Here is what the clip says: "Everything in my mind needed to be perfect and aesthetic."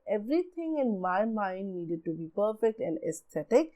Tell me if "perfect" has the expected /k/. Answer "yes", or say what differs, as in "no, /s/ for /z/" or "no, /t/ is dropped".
yes